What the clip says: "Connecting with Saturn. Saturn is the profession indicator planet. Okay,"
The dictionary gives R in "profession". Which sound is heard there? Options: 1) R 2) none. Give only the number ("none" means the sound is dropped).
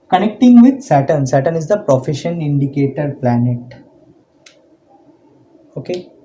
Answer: 1